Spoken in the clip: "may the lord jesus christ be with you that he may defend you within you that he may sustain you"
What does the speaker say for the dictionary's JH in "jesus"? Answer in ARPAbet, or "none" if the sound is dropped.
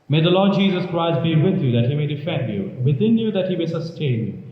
JH